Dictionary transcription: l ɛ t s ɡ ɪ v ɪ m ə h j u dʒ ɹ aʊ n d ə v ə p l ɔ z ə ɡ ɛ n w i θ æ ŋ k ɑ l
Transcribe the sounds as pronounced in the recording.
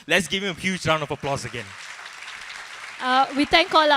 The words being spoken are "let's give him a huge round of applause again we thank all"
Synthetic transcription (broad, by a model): l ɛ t s ɡ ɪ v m ə h j u dʒ ɹ aʊ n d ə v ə p l ɔ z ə ɡ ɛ n w i t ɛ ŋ k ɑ l